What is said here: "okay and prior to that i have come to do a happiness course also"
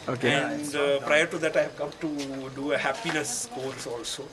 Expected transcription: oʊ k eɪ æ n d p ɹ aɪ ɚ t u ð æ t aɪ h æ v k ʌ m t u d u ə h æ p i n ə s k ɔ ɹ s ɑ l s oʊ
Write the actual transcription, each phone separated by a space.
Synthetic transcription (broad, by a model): oʊ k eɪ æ n d p ɹ aɪ ɚ t u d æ t aɪ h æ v k ʌ m t u d u ə h æ p i n ə s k ɔ l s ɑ l s oʊ